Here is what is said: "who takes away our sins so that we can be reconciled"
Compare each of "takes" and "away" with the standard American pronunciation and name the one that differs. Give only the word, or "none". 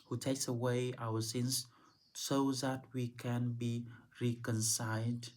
none